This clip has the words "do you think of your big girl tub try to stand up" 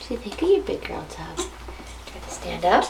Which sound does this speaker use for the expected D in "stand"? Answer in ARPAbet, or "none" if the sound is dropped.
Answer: D